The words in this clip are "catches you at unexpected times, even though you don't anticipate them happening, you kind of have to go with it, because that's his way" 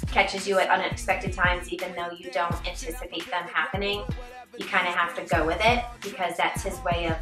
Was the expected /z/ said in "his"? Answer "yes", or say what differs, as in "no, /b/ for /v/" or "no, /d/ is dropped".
yes